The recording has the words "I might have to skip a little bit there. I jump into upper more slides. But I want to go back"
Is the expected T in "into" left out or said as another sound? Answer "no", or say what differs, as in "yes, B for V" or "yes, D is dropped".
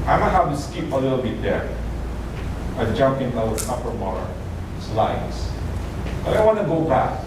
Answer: yes, S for T